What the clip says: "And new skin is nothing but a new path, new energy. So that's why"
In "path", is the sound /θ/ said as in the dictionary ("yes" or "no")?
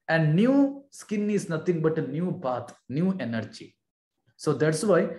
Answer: no